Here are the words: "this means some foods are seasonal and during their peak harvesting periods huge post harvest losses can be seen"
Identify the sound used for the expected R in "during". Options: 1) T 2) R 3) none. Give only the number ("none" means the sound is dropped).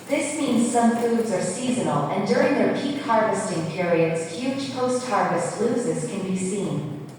2